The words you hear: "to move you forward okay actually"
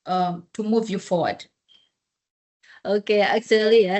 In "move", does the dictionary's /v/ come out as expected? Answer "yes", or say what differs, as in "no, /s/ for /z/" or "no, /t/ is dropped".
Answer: yes